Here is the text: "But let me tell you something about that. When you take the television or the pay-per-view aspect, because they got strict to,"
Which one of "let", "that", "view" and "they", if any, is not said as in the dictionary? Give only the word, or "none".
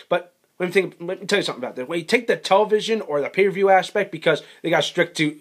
let